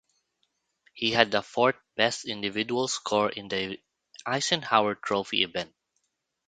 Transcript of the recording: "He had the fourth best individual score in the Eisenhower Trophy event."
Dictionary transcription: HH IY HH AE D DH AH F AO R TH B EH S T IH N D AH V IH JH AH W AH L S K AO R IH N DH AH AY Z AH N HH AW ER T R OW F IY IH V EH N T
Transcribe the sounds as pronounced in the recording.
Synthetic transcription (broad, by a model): HH IY HH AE D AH F AO R T B EH S T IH N D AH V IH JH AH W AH L S K AO R IH N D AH AY S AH N HH AW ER T R OW F IY IH V EH N T